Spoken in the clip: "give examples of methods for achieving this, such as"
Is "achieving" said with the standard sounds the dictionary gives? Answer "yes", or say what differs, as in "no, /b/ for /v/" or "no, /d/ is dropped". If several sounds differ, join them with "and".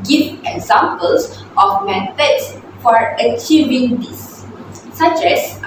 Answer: yes